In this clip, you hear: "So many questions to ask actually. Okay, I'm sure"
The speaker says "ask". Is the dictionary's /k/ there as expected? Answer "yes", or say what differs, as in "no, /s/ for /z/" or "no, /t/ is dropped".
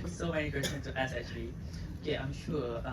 no, /k/ is dropped